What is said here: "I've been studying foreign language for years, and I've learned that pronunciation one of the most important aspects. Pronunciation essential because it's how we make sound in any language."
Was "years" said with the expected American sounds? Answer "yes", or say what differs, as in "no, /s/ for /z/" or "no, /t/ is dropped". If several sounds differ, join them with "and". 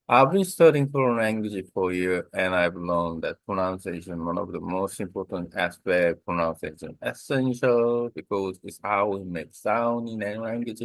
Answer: no, /z/ is dropped